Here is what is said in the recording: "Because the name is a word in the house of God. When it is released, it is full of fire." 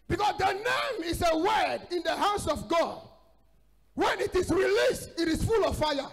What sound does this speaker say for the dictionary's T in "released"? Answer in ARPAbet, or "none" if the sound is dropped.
T